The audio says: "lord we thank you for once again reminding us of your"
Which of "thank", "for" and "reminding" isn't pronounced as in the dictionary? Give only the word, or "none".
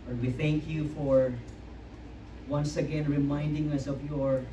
none